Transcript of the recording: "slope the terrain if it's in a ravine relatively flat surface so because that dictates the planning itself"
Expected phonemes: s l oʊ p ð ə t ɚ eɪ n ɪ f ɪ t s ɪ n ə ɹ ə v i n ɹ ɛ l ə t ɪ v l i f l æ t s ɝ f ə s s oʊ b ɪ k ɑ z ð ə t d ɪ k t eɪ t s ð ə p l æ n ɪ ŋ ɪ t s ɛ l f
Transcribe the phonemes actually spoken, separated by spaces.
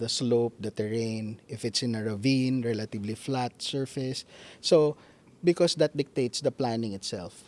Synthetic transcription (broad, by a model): s l oʊ p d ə t ɚ eɪ n ɪ f ɪ t s ɪ n ə ɹ ə v i n ɹ ɛ l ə t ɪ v l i f l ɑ t s ɝ f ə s s oʊ b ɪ k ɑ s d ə t d ɪ k t eɪ t s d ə p l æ n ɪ ŋ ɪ t s ɛ l f